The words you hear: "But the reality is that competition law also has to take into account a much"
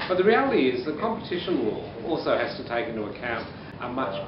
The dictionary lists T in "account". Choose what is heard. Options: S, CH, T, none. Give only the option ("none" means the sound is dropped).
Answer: T